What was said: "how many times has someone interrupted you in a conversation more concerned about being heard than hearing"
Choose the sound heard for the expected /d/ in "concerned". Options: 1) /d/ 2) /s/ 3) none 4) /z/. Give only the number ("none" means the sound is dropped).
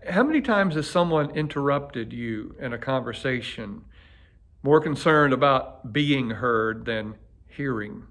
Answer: 1